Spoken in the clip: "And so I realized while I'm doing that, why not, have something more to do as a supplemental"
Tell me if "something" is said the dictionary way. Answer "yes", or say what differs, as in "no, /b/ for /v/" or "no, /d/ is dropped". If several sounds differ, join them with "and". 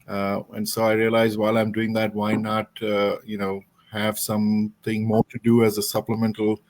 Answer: no, /t/ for /θ/